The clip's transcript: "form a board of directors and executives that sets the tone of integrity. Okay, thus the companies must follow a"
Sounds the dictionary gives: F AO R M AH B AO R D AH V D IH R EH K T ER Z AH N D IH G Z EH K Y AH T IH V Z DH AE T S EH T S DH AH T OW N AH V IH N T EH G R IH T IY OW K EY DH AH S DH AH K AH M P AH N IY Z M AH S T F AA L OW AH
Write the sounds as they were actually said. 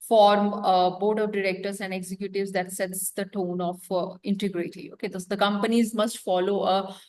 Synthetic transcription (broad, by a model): F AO R M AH B AO R D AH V D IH R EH K T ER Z AH N D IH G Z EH K Y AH T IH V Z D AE T S EH T S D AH T OW N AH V IH N T EH G R IH T IY OW K EY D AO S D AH K AH M P AH N IY Z M AH S T F AA L OW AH